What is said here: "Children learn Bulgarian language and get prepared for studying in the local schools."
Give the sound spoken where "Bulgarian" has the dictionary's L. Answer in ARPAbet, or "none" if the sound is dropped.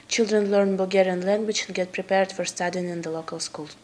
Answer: none